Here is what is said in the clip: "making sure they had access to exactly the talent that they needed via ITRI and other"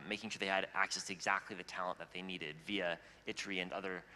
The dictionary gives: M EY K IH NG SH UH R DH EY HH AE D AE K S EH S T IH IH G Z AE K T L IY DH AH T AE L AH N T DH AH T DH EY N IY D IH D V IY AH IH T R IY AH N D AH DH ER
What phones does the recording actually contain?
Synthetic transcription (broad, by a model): M EY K IH NG SH UH R DH EY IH D AE K S EH S T IH IH G Z AE K T L IY DH AH T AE L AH N DH AH T DH EY N IY D IH D V IY AH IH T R IY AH N AH DH ER